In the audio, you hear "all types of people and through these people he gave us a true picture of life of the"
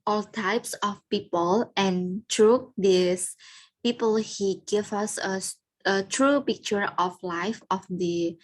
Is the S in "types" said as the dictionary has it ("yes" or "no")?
yes